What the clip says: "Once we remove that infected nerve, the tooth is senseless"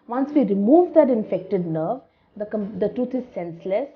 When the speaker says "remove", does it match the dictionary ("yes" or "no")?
yes